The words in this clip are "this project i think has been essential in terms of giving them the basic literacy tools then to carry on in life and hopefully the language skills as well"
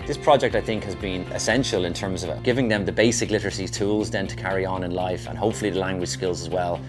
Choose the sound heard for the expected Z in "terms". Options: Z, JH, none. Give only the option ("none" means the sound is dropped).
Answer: Z